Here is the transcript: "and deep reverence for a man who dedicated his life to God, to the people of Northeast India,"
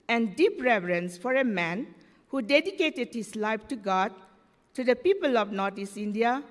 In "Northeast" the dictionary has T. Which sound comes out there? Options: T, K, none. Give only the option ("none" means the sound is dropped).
none